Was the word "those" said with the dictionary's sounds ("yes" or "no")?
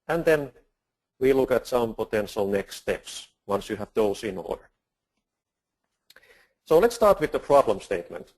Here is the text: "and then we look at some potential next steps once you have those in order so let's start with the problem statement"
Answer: no